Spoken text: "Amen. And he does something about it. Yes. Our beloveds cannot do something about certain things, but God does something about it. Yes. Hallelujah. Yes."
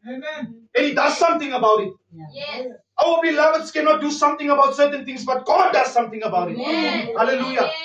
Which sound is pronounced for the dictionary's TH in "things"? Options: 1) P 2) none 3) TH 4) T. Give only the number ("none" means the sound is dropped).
4